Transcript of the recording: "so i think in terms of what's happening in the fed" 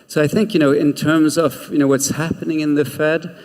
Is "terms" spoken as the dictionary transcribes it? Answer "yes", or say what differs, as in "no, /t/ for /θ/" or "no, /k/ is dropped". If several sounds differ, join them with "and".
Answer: yes